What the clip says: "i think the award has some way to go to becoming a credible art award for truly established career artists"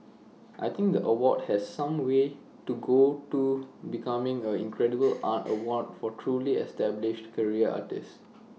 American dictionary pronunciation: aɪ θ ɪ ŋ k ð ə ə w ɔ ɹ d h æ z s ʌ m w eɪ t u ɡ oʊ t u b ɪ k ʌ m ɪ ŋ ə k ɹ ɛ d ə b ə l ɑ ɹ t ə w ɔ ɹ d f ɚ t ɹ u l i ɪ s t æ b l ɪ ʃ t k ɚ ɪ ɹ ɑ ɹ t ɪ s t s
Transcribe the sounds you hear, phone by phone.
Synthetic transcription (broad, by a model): aɪ t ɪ ŋ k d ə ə w ɔ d h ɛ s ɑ m w eɪ t u ɡ oʊ t u b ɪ k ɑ m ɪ ŋ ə k ɹ ɛ d ə b ə l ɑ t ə w ɔ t f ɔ t ɹ u l i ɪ s t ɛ b l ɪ ʃ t k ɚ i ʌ ɑ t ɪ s s